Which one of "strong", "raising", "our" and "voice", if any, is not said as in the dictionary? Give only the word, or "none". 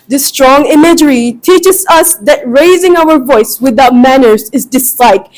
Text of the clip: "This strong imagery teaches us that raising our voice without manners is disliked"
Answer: none